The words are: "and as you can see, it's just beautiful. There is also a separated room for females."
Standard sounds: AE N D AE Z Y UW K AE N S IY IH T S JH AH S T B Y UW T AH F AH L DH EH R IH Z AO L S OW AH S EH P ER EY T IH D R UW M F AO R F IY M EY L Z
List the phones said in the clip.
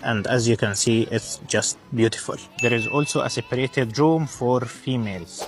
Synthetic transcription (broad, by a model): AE N D AE Z Y UW K AE N S IY IH T S JH AH S T B Y UW T AH F AH L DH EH R IH Z AO L S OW AH S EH P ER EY T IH D R UW M F AO R F IY M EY L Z